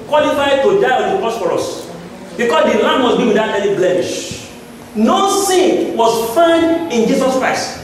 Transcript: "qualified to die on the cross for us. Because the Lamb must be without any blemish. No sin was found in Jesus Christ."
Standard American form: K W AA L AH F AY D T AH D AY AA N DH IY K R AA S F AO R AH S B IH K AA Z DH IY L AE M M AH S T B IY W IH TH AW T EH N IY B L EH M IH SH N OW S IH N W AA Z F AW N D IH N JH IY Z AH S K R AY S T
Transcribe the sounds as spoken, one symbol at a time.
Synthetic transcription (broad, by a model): K W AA L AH F AY D T AH D AY AA N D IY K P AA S F AO R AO S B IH K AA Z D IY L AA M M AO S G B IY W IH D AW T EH L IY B L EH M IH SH N OW S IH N W AA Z F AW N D IH N JH IY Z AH S K R AY S T